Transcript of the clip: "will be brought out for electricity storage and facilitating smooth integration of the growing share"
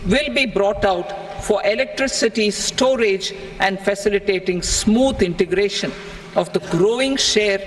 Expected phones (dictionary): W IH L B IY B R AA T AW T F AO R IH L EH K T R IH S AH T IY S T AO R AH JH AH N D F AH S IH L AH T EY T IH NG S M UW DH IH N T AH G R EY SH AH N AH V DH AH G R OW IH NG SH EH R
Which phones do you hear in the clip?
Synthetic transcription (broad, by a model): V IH L B IY B R AA T AW T F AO R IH L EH K T R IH S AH T IY S T AO R AH JH AH N D F AH S IH L AH T EY T IH NG S M UW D IH N T AH G R EY SH AH N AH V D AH G R OW IH NG SH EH R